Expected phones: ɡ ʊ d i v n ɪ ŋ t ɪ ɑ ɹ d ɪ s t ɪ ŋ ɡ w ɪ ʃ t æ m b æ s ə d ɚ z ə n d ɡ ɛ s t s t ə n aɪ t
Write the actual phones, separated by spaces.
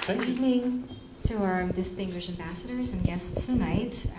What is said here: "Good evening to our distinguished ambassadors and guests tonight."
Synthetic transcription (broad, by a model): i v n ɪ ŋ t ɪ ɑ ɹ d ɪ s t ɪ ŋ ɡ w ɪ ʃ t æ m b æ s ə d ɚ z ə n ɡ ɛ s t s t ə n aɪ t